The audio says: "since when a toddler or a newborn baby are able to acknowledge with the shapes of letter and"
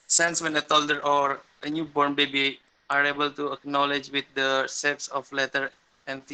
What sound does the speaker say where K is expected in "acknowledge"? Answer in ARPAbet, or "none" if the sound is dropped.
K